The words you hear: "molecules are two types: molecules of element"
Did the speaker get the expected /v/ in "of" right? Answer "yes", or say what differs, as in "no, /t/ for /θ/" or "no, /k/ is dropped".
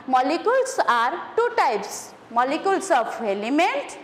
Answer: no, /p/ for /v/